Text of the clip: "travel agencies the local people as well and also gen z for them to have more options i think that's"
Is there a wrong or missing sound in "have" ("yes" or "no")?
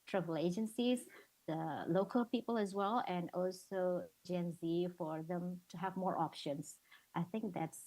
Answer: no